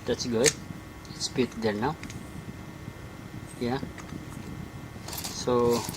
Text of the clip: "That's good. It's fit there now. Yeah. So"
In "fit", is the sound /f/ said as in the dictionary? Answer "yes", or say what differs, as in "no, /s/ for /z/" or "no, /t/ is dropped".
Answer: no, /p/ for /f/